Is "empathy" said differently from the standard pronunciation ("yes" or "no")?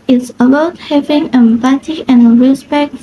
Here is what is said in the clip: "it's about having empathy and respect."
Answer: yes